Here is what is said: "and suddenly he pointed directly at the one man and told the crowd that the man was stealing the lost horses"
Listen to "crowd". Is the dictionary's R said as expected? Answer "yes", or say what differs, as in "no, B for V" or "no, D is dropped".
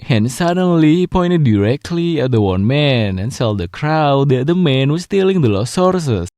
yes